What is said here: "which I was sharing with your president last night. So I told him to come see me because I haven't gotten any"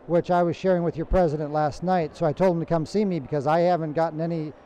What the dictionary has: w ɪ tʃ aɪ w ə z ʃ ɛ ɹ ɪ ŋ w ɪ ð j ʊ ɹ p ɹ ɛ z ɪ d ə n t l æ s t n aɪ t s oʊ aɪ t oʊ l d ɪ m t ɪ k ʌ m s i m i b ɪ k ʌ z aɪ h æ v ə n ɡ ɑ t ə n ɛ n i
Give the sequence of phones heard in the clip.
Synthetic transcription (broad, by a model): w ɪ tʃ aɪ w ə z ʃ ɛ ɹ ɪ ŋ w ɪ ð j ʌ ɹ p ɹ ɛ z ɪ d ə n t l æ s t n aɪ t s oʊ aɪ t oʊ l d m t ɪ k ʌ m s i m i b ɪ k ʌ z aɪ h æ v ə n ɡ ɑ t n ɛ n i